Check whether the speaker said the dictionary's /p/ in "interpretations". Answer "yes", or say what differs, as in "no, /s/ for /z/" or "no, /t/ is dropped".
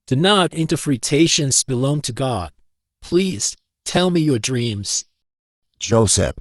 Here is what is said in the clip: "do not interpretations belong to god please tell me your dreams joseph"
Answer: no, /f/ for /p/